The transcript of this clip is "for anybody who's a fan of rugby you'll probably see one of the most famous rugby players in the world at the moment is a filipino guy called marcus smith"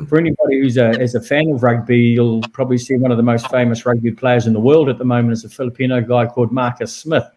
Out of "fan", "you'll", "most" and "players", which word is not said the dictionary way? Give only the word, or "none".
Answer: none